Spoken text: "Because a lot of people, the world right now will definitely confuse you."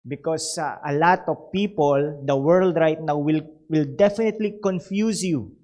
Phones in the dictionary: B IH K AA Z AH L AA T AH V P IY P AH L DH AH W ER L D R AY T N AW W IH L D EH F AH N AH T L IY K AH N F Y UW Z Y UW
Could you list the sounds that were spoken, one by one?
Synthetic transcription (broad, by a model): B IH K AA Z AH L AA T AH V P IY P AH L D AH W ER L D R AY T N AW W IH L D EH F AH N AH T L IY K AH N F Y UW S Y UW